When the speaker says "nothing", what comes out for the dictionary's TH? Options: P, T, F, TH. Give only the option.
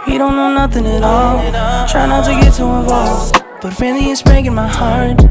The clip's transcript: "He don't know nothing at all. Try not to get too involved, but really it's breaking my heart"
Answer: TH